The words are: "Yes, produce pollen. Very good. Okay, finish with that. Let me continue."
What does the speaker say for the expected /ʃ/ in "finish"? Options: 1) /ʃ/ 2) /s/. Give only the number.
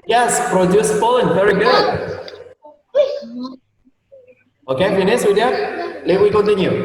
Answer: 2